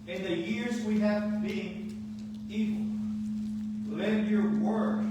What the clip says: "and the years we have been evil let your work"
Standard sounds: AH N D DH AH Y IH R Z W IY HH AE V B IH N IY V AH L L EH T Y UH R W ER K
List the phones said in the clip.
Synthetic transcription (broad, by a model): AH N DH AH Y IH R Z W IY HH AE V B IH N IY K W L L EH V Y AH R W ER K